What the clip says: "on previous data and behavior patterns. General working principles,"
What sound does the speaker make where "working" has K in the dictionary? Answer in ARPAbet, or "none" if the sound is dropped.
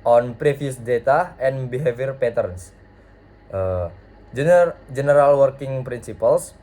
K